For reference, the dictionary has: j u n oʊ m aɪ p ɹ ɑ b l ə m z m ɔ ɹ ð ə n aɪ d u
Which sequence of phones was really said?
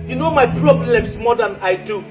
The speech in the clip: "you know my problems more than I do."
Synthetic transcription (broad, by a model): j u n oʊ m aɪ p ɹ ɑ b l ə m s m ɔ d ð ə n aɪ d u